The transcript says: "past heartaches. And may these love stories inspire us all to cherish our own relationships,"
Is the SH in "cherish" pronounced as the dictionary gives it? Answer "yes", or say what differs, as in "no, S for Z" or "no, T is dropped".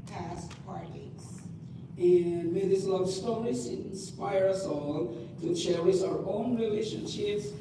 no, S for SH